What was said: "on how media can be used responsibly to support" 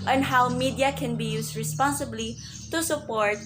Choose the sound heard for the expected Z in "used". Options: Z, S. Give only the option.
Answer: S